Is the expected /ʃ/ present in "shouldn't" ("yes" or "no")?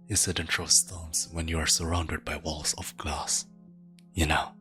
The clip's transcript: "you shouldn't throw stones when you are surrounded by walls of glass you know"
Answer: no